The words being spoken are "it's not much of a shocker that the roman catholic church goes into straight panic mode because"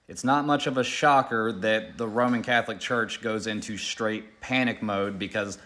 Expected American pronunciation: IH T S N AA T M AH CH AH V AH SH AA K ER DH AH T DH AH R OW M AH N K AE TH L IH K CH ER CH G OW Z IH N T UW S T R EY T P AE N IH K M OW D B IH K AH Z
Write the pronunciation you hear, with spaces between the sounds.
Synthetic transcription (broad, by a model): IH T S N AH T M AH CH AH V AH SH AA K ER DH AH T DH AH R OW M AH N K AE TH L IH K CH ER CH G OW Z IH N T UW S T R EY T P AE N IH K M OW D B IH K AH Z